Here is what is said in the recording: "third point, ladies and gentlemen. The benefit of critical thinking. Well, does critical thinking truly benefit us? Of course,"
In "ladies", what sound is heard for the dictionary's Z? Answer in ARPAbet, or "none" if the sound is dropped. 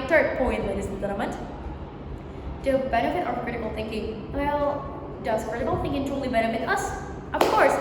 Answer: none